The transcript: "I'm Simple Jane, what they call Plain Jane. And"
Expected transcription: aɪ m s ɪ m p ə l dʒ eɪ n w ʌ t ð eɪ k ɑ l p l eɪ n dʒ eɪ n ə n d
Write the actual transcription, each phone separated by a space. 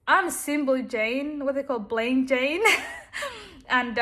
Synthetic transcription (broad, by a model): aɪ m s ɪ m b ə l dʒ eɪ n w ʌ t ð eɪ k ɑ l b l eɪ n dʒ eɪ n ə n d